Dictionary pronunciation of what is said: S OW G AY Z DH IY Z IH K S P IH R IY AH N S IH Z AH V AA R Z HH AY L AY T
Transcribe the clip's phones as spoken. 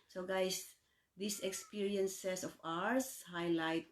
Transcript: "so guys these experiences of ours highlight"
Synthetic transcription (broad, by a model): S OW G AY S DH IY S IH K S P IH R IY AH N S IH S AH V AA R S HH AY L AY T